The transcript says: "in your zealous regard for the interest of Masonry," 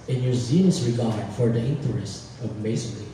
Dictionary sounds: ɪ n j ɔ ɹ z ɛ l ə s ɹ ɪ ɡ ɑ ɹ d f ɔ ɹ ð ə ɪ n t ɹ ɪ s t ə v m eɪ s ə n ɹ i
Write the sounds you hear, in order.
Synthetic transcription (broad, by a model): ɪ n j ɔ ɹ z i n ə s ɹ ɪ ɡ ɑ ɹ d f ɔ ɹ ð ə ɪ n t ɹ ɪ s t ə v m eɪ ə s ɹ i